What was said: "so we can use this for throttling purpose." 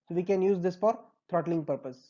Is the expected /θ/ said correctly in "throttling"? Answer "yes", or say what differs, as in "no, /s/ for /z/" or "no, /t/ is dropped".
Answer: no, /t/ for /θ/